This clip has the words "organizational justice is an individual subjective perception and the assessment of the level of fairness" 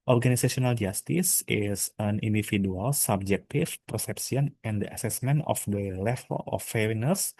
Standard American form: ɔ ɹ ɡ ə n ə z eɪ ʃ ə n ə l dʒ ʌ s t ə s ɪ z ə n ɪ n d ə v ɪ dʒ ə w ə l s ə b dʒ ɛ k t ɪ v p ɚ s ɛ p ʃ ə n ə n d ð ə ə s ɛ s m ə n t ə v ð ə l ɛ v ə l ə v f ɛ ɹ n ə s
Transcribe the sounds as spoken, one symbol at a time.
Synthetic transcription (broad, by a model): ɔ ɹ ɡ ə n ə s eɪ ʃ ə n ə l dʒ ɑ s t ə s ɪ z ə n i n d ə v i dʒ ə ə l s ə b dʒ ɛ k t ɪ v p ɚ s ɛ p s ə n ə n d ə ə s ɛ s m ə n t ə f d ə l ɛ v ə l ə f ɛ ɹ n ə s